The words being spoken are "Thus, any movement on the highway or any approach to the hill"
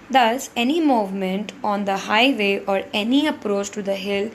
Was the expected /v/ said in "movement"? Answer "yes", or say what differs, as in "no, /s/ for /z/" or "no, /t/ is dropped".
yes